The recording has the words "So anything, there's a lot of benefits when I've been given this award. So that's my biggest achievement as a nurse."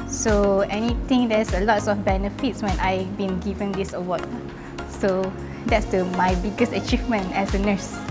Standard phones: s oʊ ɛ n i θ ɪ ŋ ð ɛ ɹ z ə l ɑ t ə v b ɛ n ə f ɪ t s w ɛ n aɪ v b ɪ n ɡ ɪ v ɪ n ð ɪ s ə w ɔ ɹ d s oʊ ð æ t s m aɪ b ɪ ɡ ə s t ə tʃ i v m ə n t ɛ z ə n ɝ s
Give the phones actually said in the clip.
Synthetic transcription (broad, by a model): s oʊ ɛ n i t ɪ ŋ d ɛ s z ə l ɑ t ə f b ɛ n ə f ɪ t s w ɛ n aɪ b ɪ n ɡ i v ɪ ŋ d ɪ s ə w ɔ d s oʊ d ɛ t s m aɪ b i ɡ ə s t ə tʃ i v m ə n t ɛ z ə n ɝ s